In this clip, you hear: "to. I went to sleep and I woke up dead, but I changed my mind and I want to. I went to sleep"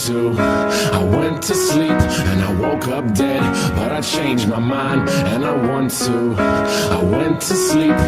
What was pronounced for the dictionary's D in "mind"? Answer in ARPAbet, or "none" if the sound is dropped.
D